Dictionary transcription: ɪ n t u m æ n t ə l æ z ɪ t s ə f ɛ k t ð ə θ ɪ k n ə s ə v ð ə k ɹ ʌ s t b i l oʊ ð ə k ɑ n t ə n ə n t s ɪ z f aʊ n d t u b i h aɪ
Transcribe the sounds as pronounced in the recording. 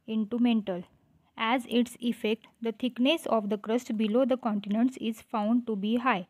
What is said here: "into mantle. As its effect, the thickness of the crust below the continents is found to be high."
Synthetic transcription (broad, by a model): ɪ n t u m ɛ n t ə l æ z ɪ t s ə f ɛ k t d ə t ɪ k n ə s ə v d ə k ɹ ʌ s t b i l oʊ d ə k ɑ n t ə n ə n t s ɪ z f aʊ n d t u b i h aɪ